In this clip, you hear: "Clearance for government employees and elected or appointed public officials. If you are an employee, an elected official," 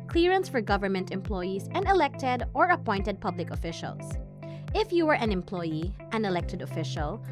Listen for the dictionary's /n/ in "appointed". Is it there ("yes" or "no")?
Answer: yes